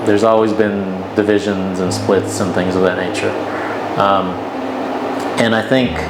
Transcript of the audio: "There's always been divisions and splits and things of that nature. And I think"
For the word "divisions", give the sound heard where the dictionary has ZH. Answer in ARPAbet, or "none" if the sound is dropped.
ZH